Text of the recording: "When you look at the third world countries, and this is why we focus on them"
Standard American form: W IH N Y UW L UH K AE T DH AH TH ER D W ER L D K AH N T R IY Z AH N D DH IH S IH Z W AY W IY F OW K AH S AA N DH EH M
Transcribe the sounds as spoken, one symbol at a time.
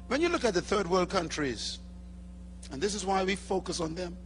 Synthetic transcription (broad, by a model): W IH N Y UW L UH K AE T DH AH TH ER D W ER L D K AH N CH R IY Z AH N DH IH S IH Z W AY W IY F OW K AH S N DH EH M